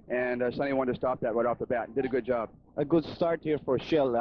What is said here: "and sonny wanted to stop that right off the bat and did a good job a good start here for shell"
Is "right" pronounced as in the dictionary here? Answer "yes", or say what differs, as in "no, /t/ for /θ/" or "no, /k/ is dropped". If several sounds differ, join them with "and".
no, /w/ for /ɹ/